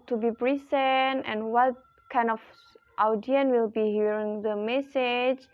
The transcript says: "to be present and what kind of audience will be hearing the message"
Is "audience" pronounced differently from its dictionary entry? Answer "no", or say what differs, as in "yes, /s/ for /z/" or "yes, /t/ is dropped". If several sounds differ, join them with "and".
yes, /s/ is dropped